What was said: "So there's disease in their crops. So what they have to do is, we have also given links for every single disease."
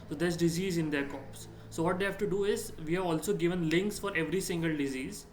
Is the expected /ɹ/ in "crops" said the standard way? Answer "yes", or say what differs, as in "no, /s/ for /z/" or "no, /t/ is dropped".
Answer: no, /ɹ/ is dropped